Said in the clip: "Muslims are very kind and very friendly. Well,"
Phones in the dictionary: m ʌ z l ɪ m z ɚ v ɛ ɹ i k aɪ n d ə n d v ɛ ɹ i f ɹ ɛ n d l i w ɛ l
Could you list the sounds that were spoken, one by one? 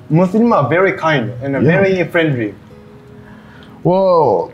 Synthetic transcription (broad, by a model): m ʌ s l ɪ m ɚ v ɛ ɹ i k aɪ n d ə n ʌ v ɛ ɹ i f ɹ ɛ n d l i w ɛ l